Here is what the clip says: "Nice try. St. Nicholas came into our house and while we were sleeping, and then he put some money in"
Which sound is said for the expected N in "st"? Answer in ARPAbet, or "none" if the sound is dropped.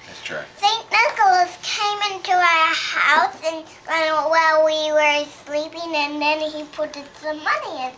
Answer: N